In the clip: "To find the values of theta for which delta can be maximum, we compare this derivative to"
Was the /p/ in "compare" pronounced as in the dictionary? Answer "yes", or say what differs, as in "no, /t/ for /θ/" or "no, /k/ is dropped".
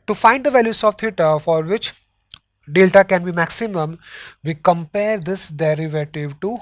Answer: yes